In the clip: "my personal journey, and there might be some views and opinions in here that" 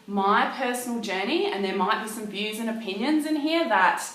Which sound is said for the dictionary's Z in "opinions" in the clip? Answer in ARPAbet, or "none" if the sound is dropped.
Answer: Z